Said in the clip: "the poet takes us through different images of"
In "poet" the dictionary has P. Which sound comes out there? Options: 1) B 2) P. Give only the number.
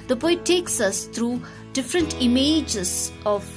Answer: 1